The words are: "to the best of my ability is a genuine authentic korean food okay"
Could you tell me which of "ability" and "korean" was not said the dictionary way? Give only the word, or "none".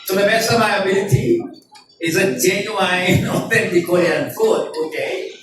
korean